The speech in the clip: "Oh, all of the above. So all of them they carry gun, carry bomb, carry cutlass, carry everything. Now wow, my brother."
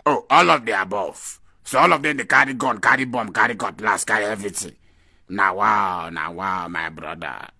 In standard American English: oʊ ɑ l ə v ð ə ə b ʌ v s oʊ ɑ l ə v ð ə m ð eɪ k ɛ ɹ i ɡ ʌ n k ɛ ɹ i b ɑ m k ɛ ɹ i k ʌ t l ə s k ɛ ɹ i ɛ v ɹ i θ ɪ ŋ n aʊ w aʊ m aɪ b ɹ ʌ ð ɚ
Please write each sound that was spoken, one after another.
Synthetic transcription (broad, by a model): oʊ ɑ l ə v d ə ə b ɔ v s oʊ ɑ l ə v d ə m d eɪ k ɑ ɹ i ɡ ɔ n k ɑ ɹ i b ɑ m k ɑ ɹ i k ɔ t l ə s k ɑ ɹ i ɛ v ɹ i t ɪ n aʊ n aʊ m aɪ b ɹ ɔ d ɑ